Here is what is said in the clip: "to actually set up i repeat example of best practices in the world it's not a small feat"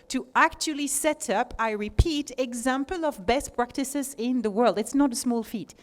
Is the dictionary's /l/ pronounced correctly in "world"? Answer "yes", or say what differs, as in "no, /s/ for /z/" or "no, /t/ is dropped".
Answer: yes